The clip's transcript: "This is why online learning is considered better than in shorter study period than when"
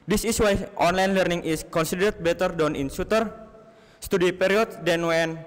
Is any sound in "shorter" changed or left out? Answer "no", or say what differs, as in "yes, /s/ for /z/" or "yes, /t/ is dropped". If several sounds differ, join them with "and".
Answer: yes, /s/ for /ʃ/